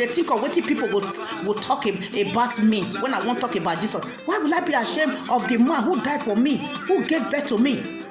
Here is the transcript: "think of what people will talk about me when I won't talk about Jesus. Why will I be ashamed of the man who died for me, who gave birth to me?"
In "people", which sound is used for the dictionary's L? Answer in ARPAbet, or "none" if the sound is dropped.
W